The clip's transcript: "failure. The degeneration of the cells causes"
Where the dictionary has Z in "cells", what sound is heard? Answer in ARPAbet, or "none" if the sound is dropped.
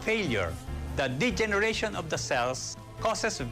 S